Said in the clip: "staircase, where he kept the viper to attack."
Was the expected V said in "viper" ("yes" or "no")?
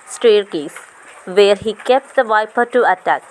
yes